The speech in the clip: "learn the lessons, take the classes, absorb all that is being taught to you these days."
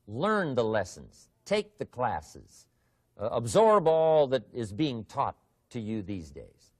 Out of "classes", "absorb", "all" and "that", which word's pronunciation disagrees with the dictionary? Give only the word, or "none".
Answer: none